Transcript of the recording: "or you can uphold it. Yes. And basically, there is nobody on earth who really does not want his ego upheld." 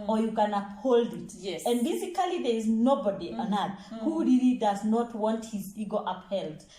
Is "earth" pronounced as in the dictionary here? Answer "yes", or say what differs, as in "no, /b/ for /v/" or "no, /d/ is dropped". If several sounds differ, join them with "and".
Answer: no, /t/ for /θ/